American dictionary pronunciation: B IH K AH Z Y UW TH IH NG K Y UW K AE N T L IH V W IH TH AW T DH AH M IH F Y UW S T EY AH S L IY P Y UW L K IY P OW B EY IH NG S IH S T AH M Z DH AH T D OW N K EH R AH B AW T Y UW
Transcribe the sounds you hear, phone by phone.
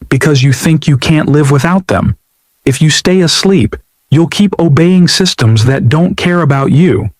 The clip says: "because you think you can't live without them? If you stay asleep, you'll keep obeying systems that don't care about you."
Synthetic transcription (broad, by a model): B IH K AH Z Y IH TH IH NG K Y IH K AE N T L IH V W IH TH AW T DH AH M IH F Y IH S T EY AH S L IY P Y UW L K IY P OW B EY IH NG S IH S T AH M Z DH AH T D OW N K EH R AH B AW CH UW